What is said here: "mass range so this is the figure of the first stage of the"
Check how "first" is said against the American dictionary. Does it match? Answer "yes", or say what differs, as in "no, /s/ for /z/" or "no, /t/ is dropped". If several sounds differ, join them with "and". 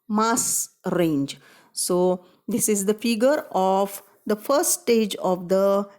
no, /s/ is dropped